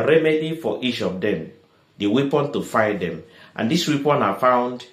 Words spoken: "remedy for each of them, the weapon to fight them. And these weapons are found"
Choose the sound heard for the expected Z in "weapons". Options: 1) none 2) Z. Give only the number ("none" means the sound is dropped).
1